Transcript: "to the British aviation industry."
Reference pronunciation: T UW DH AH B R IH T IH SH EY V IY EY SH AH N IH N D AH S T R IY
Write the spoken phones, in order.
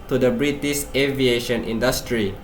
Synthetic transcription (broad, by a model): T UW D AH B R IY T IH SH EY V IY EY SH AH N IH N D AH S T R IY